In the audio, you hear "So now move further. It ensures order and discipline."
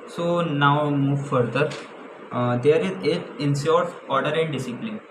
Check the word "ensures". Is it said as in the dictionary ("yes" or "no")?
no